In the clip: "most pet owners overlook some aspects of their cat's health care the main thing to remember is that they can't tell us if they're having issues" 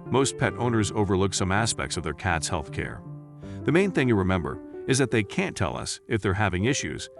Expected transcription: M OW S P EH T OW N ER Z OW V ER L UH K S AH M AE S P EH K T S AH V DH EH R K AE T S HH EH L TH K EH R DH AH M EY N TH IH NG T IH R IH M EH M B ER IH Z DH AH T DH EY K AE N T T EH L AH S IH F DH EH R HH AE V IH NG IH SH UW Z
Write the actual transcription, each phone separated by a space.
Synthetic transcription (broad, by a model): M OW S P EH T OW N ER Z OW V ER L UH K S AH M AE S P EH K T S AH V DH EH R K AE T S HH EH L TH K EH R DH AH M EY N TH IH NG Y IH R IH M EH M B ER IH Z DH AH T DH EY K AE N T T EH L AH S IH F DH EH R HH AE V IH NG IH SH UW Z